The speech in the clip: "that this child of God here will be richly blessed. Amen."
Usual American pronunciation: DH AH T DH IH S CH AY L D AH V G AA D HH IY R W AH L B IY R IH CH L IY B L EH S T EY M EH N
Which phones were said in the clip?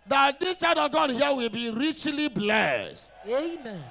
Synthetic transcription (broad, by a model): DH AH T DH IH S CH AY D AH V G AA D HH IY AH W AH L B IY R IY CH L IY B L EH S T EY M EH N